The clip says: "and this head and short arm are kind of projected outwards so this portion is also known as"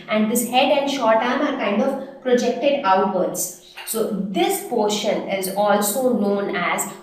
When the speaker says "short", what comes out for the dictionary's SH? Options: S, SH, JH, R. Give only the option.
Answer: SH